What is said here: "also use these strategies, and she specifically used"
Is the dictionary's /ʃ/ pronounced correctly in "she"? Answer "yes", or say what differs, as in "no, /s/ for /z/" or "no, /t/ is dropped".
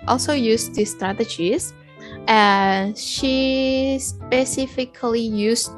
yes